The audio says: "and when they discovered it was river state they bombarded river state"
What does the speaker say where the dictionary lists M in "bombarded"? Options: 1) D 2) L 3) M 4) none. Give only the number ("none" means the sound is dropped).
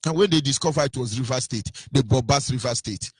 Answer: 4